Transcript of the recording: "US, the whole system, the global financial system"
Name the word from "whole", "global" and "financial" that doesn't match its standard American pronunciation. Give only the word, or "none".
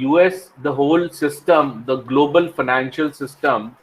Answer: none